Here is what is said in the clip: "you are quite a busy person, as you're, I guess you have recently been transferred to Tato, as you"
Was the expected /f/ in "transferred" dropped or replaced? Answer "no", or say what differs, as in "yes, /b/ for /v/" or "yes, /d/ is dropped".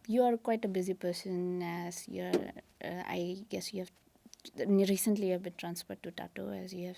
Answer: yes, /p/ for /f/